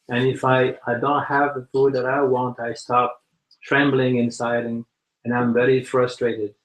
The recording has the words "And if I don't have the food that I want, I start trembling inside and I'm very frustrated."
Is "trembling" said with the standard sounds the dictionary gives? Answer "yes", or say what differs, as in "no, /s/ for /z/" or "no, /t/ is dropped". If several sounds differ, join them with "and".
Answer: yes